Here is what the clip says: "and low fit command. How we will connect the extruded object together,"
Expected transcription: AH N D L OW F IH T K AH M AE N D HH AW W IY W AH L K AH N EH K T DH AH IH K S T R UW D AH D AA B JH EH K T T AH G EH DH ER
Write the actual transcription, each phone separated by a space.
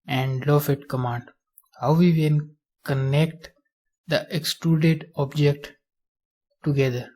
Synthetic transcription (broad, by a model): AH N D L OW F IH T K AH M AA N D HH AW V IY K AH N K AH N EH K T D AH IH K S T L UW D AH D AA B JH EH K T T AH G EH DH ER